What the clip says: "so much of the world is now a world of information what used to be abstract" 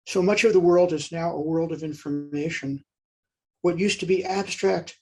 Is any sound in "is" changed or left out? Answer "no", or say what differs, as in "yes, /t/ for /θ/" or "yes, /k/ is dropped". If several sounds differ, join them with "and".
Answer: no